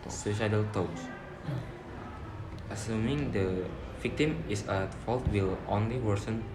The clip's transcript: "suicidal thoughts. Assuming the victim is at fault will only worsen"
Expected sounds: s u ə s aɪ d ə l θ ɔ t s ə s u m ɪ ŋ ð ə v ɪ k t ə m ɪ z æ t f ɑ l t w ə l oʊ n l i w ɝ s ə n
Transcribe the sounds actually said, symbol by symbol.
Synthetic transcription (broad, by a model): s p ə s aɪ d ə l t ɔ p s ə s u m ɪ ŋ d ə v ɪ k t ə m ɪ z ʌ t f ɑ l t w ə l oʊ n l i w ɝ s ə n